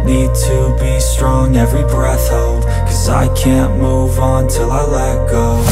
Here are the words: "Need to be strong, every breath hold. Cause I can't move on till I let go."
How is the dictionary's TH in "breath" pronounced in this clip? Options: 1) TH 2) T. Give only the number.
1